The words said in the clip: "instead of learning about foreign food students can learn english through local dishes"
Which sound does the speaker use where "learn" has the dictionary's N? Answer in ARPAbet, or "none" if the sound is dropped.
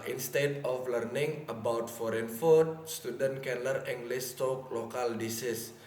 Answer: none